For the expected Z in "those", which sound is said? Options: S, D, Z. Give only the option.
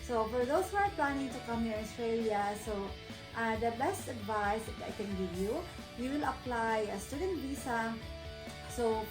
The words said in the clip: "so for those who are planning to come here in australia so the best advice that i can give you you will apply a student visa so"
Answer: S